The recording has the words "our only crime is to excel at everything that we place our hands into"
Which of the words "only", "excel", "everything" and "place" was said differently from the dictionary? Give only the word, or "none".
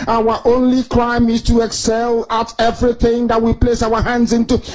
none